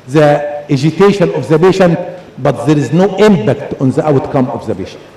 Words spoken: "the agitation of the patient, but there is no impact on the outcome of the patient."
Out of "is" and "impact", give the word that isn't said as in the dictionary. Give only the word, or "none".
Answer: none